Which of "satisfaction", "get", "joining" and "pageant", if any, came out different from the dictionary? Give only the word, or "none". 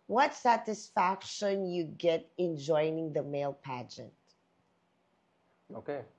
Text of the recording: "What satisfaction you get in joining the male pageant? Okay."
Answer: none